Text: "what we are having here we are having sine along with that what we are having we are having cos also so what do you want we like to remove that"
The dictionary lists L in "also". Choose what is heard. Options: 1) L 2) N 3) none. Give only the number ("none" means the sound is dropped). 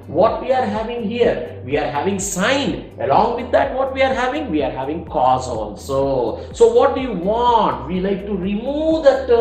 2